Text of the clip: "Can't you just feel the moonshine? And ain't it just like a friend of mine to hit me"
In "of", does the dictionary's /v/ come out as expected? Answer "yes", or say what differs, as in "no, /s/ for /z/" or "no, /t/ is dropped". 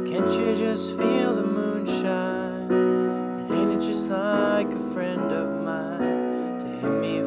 yes